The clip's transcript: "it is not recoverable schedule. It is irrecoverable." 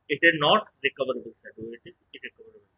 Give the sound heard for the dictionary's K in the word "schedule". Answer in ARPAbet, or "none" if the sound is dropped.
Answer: none